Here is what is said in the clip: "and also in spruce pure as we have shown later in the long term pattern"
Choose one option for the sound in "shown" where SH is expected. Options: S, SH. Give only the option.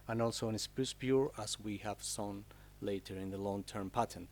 S